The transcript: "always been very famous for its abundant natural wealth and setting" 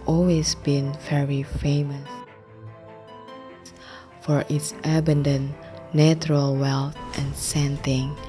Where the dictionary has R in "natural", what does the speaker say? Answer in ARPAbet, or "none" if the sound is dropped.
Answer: R